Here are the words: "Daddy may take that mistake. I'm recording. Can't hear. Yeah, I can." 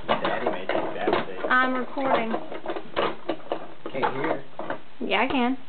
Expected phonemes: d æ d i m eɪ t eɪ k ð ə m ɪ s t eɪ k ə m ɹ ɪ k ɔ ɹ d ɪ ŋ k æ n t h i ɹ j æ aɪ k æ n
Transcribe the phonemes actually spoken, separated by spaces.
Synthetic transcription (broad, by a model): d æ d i m eɪ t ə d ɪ t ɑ ə m ɹ ɪ k ɔ ɹ d ɪ ŋ k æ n h i ɹ j æ aɪ k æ n